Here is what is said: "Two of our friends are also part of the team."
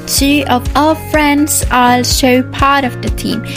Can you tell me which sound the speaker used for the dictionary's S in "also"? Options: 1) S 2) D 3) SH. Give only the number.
3